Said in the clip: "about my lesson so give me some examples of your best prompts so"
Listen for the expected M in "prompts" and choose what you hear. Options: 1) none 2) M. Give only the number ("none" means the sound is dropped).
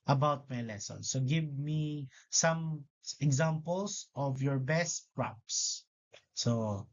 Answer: 1